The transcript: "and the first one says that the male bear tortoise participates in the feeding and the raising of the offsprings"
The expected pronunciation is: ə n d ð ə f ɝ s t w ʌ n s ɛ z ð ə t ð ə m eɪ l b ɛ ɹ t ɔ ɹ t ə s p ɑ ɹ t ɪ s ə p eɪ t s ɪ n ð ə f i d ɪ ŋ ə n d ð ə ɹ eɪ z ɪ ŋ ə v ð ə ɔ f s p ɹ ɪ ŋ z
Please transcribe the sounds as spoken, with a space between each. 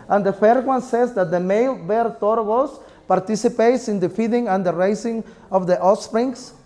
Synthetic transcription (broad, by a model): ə n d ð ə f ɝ t w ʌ n s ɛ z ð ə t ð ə m eɪ l b ɛ ɹ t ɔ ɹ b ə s p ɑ ɹ t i s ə p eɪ t s ɪ n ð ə f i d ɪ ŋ ə n d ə ɹ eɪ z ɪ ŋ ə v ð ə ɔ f s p ɹ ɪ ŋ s